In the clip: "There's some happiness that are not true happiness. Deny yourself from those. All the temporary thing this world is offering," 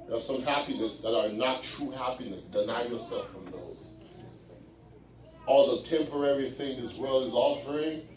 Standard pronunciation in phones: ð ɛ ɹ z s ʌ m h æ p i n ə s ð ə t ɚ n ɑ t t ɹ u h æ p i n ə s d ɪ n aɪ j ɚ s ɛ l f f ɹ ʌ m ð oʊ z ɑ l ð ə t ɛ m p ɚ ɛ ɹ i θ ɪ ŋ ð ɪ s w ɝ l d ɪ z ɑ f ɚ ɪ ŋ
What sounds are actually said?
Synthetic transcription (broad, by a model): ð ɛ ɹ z s ʌ m h æ p i n ə s ð ə t ɚ n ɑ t t ɹ u h æ p i n ə s d ɪ n aɪ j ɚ s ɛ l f f ɹ ʌ m ð oʊ z ɑ l ð ə t ɛ m p ɚ ɛ ɹ i θ ɪ ŋ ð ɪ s w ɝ l ɪ z ɑ f ɚ ɪ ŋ